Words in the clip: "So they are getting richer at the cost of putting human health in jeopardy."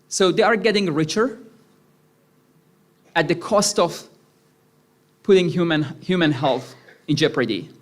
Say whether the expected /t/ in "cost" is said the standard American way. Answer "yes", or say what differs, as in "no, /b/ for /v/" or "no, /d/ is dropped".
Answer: yes